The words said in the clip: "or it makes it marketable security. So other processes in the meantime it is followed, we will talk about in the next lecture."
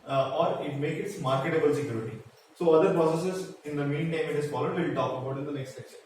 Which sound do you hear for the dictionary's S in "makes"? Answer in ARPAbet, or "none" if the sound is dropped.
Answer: none